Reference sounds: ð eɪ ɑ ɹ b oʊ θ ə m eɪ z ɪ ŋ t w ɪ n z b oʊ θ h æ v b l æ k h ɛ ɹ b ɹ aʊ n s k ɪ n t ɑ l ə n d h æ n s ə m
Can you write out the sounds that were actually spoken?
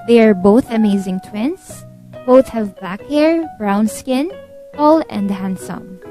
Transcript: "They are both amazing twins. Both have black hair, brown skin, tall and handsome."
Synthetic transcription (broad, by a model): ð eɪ ɑ ɹ b oʊ θ ə m eɪ z ɪ ŋ t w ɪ n s b oʊ θ h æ v b l æ k h ɛ ɹ b ɹ aʊ n s k ɪ n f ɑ l ə n d h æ n s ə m